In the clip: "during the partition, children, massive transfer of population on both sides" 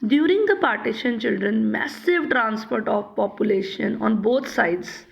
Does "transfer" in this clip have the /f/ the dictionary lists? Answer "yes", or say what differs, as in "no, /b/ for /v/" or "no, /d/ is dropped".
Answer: no, /p/ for /f/